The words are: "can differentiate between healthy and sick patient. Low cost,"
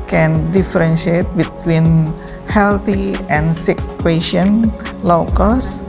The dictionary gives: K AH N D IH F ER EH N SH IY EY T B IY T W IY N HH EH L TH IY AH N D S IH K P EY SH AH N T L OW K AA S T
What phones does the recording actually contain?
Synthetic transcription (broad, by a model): K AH N D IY F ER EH N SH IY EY T B IY T W IY N HH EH L T IY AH N S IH K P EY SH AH N L OW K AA S